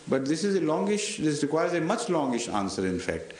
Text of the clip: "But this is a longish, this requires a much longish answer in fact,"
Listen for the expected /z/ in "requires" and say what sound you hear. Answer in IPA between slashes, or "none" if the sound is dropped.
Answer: /z/